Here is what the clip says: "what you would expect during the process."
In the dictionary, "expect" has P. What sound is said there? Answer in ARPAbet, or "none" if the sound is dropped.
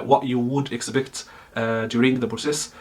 B